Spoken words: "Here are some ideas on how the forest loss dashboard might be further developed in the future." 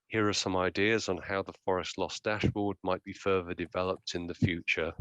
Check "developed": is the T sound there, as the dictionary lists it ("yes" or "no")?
yes